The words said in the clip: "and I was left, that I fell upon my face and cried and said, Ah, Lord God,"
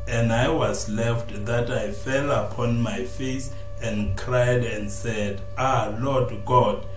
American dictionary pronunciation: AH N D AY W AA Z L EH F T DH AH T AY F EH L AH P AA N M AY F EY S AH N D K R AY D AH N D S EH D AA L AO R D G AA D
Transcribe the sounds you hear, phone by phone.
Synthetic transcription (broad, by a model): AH N D AY W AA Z L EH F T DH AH T AY F EH L AH P AA N M AY F EY S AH N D K R AY D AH N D S EH D AA L AO D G AA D